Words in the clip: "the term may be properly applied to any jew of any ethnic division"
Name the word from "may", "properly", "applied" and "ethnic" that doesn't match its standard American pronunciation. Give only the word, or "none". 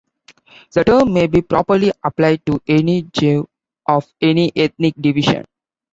ethnic